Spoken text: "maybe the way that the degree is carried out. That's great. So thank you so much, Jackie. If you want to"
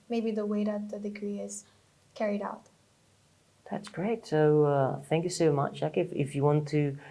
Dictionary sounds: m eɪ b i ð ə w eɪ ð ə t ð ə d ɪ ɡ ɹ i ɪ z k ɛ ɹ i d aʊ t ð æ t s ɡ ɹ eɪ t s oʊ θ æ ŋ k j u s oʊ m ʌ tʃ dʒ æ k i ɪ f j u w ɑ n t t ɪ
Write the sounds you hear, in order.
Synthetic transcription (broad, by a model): m eɪ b i ð ə w eɪ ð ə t ð ə d ɪ ɡ ɹ i ɪ z k ɛ ɹ i d aʊ t ð æ t s ɡ ɹ eɪ t s oʊ θ æ ŋ k j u s oʊ m ʌ tʃ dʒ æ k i ɪ f j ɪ w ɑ n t t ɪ